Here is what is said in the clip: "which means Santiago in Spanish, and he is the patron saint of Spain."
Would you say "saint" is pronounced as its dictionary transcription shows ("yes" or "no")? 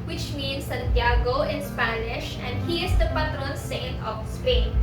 no